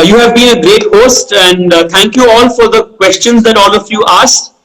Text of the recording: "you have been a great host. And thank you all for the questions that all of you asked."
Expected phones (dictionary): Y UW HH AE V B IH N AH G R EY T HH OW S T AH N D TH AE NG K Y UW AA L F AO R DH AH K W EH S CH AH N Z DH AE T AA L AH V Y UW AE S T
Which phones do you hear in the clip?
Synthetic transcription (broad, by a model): Y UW HH AE V B IH N AH G R EY T HH OW S T AH N D T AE NG K Y UW AA L F AO R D AH K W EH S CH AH N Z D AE T AA L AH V Y UW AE S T